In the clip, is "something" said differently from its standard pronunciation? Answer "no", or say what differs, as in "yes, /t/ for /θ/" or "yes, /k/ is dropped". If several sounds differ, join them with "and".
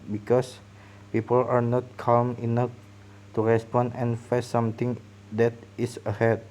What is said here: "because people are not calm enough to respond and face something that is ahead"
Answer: yes, /t/ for /θ/